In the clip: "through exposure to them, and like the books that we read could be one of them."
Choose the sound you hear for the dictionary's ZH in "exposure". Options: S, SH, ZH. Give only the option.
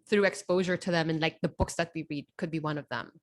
ZH